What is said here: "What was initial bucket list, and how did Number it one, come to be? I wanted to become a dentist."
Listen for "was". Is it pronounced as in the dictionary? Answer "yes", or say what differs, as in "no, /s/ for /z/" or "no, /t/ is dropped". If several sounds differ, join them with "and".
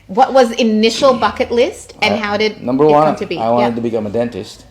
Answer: yes